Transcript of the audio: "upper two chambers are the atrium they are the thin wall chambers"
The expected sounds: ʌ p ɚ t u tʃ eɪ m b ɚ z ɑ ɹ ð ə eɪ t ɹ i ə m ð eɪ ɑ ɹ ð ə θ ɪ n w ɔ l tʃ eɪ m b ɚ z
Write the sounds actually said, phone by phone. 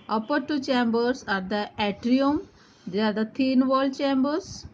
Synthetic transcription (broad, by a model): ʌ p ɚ t u tʃ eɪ m b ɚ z ɑ ɹ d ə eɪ t ɹ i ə m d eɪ ɑ ɹ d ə t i n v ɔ l tʃ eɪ m b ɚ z